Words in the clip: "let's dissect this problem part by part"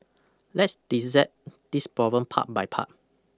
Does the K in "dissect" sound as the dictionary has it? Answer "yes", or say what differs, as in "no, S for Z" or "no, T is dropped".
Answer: no, K is dropped